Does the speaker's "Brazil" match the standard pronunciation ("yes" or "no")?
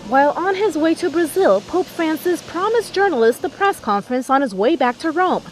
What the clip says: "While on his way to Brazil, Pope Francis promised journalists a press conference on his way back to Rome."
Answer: yes